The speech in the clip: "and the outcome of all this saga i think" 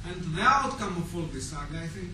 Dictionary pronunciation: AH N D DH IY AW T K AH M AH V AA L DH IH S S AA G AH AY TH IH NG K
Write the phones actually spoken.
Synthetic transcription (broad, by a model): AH N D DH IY AW T K AH M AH F AA L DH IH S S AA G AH AY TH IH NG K